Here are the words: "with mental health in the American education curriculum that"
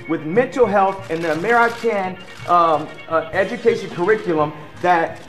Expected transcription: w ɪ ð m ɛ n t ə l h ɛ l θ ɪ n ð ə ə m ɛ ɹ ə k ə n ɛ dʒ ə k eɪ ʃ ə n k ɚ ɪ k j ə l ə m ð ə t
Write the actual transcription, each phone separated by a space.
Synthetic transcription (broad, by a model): w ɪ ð m ɛ n t l h ɛ l θ ɪ n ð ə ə m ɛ ɹ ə k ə n ɛ dʒ ə k eɪ ʃ ə n k ɚ ɪ k j l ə m ð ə t